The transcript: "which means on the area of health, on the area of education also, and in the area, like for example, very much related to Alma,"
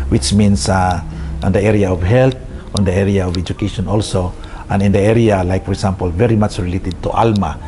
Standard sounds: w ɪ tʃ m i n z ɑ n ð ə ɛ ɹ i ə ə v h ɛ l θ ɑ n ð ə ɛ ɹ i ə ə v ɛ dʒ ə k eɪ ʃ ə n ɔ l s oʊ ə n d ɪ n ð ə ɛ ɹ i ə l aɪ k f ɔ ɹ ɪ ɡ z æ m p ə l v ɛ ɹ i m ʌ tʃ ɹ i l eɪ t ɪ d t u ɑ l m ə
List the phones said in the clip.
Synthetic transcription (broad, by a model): w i tʃ m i n s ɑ n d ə ɛ ɹ i ə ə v h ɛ l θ ɑ n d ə ɛ ɹ i ə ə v ɛ dʒ ə k eɪ ʃ ə n ɔ l s oʊ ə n ɪ n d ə ɛ ɹ i ə l aɪ k f ɔ ɹ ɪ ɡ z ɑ m p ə l v ɛ ɹ i m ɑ tʃ ɹ i l eɪ t ɪ d t u ɑ l m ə